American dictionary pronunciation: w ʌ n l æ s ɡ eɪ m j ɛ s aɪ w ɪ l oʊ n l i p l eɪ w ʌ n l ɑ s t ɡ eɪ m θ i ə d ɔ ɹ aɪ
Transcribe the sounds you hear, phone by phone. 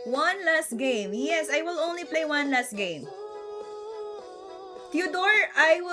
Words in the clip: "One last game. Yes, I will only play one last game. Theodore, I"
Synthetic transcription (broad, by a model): w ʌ n l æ s ɡ eɪ m j ɛ s aɪ w ɪ l oʊ n l i p l eɪ w ʌ n l ɑ s t ɡ eɪ m t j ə d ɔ ɹ aɪ